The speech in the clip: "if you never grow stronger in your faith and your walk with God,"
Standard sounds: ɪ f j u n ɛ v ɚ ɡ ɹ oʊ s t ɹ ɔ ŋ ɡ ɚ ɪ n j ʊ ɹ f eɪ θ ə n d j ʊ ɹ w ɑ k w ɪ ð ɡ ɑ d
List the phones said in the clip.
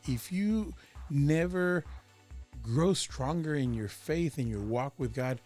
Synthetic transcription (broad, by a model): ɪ f j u n ɛ v ɚ ɡ ɹ oʊ s t ɹ ɔ ŋ ɡ ɚ ɪ n j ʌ ɹ f eɪ θ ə n j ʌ ɹ w ɑ k w ɪ ð ɡ ɑ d